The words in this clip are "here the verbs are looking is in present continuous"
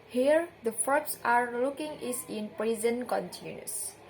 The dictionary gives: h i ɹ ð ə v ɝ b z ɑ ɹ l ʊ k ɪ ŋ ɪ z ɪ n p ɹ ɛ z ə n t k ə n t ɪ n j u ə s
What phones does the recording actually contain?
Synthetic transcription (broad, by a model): h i ɹ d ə f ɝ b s ɑ ɹ l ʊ k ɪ ŋ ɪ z ɪ n p ɹ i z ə n k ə n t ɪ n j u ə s